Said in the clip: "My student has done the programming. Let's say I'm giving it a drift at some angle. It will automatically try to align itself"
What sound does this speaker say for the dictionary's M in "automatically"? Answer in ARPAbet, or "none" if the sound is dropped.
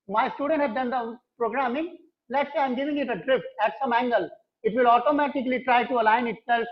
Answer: M